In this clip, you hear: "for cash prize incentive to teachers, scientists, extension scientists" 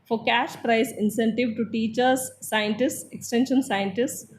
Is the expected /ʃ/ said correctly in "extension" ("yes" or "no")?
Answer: yes